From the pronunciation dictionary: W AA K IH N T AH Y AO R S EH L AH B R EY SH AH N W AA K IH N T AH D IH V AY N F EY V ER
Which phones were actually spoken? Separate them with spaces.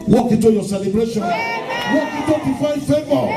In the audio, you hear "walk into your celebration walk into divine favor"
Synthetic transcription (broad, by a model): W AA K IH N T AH Y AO S EH L AH B R EY SH AH N W AA K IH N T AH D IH F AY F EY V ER